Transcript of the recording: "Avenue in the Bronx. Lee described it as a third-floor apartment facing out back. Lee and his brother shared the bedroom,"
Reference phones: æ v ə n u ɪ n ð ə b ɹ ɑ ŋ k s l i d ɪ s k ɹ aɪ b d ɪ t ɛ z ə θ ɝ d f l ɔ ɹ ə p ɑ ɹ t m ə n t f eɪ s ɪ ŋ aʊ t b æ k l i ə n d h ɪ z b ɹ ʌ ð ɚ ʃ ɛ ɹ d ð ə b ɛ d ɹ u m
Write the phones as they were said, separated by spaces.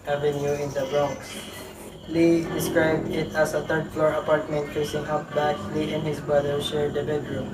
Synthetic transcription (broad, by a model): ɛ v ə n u ɪ n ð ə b ɹ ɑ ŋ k s l i d ɪ s k ɹ aɪ b d ɪ t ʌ s ə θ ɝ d f l ɔ ɹ ə p ɑ ɹ t m ə n t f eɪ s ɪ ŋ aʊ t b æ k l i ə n h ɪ s b ɹ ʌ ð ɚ s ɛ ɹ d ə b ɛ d ɹ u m